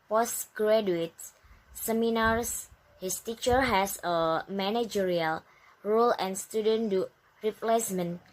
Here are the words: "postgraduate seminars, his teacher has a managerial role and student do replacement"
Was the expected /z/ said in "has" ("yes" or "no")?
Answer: no